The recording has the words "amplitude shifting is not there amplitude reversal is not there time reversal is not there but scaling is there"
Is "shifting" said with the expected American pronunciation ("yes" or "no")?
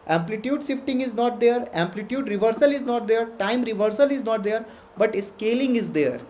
no